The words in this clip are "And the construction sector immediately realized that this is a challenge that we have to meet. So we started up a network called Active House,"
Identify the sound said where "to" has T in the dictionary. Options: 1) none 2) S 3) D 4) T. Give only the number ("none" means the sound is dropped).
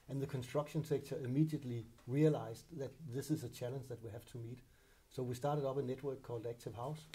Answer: 4